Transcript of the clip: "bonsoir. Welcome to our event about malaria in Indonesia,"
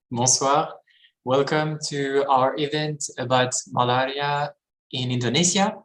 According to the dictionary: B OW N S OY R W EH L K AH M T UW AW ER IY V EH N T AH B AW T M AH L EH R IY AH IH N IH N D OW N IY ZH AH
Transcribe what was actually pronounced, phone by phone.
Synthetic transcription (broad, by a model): B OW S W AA R W EH L K AH M T UW AW ER IY V EH N T AH B AW T M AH L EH R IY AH IH N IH N D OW N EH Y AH